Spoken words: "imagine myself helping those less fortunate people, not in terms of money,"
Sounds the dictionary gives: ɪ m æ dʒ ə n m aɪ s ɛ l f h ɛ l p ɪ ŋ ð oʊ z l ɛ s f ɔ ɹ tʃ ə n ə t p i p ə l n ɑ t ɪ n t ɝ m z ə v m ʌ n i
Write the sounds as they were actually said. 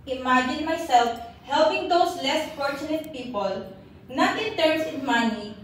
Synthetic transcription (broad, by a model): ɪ m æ dʒ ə n m aɪ s ɛ l f h ɛ l p ɪ ŋ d oʊ s l ɛ s f ɔ ɹ tʃ ə n ə t p i p ə l n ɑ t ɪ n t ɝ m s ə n m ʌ n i